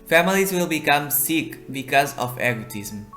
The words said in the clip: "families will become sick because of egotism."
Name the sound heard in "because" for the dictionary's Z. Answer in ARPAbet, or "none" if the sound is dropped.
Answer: Z